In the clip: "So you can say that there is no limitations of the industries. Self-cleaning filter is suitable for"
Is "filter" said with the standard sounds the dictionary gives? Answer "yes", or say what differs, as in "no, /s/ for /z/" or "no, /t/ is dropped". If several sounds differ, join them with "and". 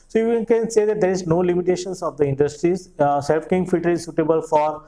no, /l/ is dropped